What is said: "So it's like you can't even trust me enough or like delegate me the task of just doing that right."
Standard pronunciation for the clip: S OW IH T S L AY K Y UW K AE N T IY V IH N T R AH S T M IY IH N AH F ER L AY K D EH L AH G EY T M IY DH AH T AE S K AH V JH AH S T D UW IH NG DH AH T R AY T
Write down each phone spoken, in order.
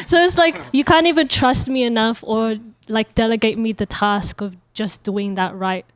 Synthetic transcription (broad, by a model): S OW IH T S L AY K Y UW K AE N T IY V IH N T R AH S T M IY IH N AH F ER L AY K D EH L AH G EY T M IY DH AH T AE S K AH V JH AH S D UW IH NG DH AH T R AY T